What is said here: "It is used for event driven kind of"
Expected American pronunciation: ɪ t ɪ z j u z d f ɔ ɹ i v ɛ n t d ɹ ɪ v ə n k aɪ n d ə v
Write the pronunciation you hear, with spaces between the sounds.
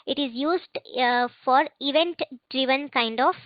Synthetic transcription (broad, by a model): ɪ t ɪ z j u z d f ɔ ɹ i v ɛ n t d ɹ ɪ v ə n k aɪ n d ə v